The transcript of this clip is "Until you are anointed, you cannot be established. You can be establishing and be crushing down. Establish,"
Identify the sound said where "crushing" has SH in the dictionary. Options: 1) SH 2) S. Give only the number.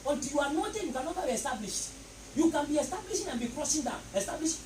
2